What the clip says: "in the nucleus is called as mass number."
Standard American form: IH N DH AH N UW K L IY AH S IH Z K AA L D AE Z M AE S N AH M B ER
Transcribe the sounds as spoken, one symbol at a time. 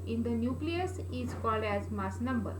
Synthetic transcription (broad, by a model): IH N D AH N UW K L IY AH S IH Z K AA L D AE Z M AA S N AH M B ER